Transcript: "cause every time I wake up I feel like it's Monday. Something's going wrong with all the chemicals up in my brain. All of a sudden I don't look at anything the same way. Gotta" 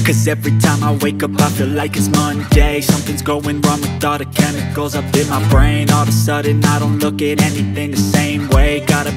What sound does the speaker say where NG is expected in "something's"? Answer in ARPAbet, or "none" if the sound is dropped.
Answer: NG